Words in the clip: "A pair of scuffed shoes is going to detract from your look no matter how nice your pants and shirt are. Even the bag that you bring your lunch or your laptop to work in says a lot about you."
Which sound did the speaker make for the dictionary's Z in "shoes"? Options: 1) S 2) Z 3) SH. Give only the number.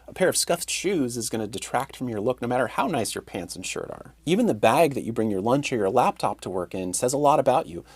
2